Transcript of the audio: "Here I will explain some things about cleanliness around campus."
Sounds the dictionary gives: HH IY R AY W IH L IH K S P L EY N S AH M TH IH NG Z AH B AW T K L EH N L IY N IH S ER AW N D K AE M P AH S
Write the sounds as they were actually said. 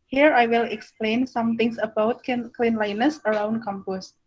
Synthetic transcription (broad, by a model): HH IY R AY W IH L IH K S P L EY N S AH M T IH NG S AH B AW T K L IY N L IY N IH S ER AW N D K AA M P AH S